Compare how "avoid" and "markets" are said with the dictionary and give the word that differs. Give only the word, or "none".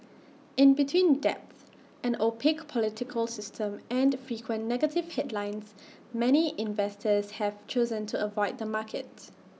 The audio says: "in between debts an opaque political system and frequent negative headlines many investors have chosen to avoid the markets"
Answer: markets